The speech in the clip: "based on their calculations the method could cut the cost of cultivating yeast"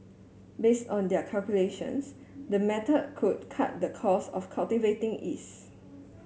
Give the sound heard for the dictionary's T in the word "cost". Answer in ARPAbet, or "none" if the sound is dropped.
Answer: none